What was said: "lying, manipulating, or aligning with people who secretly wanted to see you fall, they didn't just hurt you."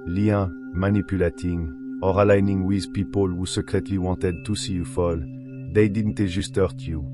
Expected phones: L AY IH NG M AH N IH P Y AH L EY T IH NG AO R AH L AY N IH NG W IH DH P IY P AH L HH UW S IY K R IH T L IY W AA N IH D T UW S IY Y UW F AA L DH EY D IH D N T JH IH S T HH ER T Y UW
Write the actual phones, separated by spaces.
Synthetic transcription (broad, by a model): L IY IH M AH N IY P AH L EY T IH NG AO R AH L AY N IH NG W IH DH P IY P AH L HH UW S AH K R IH T L IY W AA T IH D T UW S IY Y UW F AA L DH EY D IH D N T ZH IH S T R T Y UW